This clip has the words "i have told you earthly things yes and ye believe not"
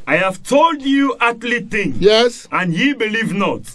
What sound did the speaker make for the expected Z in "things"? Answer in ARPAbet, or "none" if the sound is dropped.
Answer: none